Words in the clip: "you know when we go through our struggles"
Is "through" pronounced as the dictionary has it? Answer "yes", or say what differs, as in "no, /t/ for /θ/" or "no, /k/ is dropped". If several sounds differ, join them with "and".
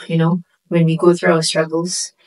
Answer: yes